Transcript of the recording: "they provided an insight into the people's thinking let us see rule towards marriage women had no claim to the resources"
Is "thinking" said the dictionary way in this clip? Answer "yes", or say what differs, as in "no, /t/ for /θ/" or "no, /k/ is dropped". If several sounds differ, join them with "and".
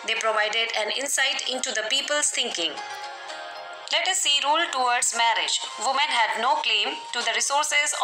no, /t/ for /θ/